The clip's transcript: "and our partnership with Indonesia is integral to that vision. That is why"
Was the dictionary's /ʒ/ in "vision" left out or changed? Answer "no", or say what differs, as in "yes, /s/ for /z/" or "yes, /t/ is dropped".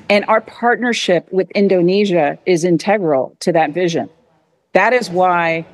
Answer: no